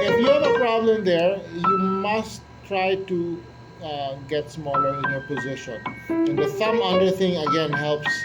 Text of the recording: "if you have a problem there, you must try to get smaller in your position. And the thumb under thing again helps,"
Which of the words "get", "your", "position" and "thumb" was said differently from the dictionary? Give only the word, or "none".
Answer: thumb